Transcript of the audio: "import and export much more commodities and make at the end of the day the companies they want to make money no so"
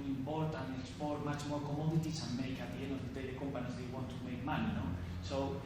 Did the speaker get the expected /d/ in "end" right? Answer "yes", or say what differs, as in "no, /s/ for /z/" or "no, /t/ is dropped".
no, /d/ is dropped